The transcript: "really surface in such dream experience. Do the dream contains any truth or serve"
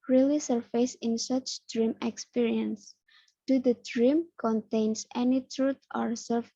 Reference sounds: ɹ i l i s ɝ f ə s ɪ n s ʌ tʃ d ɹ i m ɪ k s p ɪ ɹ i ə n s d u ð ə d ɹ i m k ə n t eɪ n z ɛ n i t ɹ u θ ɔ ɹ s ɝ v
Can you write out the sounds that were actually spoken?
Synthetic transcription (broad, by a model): ɹ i l i s ɝ f ə s ɪ n s ʌ tʃ d ɹ i m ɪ k s p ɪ ɹ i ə n s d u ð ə d ɹ i m k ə n t eɪ n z ɛ n i t ɹ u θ ɔ ɹ s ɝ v